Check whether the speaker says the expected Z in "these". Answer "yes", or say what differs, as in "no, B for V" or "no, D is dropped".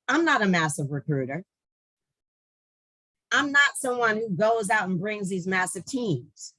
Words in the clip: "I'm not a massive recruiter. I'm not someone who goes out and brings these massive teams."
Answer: yes